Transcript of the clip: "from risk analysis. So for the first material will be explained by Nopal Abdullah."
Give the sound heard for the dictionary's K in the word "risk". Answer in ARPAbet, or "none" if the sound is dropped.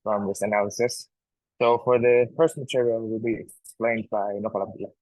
none